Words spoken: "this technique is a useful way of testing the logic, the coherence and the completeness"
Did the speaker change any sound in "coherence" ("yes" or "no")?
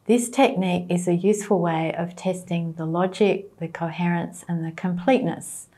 no